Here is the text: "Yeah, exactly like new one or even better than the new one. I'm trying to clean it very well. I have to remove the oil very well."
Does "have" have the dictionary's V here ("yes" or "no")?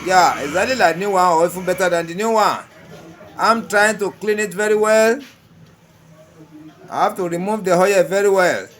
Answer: no